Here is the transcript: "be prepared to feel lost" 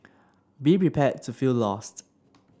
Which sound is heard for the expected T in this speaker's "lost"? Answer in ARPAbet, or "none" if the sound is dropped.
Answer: T